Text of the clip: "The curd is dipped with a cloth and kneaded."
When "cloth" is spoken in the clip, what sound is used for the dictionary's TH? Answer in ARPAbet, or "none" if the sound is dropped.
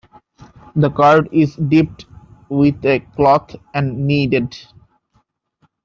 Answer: T